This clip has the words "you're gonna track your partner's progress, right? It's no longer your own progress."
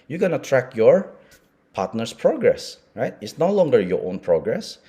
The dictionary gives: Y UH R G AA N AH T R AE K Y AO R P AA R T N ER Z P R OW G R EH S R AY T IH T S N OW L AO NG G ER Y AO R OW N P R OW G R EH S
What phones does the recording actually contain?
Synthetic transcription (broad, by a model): Y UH G AA N AH T R AE K Y AO R P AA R T N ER S P R OW G R EH S R AY T IH T S N OW L AO NG G ER Y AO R OW N P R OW G R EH S